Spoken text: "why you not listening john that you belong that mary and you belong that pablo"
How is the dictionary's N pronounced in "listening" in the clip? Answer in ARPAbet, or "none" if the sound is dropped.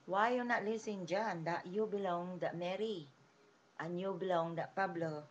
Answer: none